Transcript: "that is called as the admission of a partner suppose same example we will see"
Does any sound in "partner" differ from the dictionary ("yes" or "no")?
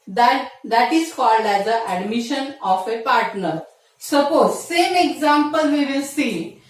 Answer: no